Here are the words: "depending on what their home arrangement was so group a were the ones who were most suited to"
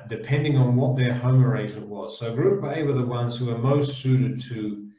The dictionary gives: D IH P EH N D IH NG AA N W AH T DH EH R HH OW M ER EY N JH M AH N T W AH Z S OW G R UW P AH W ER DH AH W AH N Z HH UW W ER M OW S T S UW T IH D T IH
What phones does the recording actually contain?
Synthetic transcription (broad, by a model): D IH P EH N D IH NG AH N W AH T DH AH R HH OW M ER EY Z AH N W AH Z S OW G R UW B AH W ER DH AH W AH N Z HH UW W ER M OW S T S UW T IH D T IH